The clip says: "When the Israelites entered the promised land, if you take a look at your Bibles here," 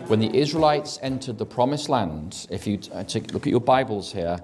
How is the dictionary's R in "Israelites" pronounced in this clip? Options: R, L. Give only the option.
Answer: R